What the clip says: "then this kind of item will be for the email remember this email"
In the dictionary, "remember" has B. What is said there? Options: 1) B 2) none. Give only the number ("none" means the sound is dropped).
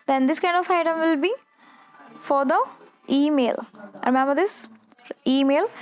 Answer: 2